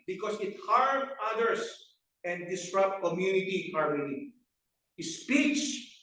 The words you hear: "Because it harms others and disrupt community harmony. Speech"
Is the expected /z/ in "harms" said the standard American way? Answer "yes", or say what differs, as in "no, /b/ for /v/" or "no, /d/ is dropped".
no, /z/ is dropped